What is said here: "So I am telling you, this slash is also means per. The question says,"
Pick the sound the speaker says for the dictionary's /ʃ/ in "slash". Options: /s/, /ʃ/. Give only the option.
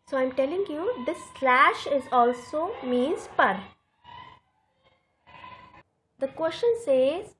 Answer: /ʃ/